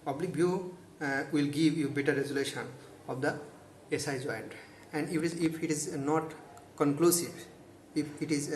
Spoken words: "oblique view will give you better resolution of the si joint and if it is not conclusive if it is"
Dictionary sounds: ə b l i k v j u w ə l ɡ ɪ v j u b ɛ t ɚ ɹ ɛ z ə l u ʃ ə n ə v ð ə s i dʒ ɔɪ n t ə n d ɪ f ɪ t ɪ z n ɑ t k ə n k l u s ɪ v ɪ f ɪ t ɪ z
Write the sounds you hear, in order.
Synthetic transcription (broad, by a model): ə b l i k b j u w ə l ɡ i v j u b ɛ t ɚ ɹ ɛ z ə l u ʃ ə n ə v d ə s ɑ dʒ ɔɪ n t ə n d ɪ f ɪ t ɪ z n ɑ t k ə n k l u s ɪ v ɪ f ɪ t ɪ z